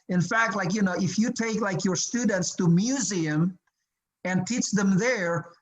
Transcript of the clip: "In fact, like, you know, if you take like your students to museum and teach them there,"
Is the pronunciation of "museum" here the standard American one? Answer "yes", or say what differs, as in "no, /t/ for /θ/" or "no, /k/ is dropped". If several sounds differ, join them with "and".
yes